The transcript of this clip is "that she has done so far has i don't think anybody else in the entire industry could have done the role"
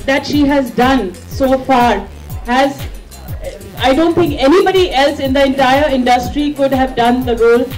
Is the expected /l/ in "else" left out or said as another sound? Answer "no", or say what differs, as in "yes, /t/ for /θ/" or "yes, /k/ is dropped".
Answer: no